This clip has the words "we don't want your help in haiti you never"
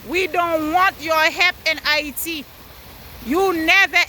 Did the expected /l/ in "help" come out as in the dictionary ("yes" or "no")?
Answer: no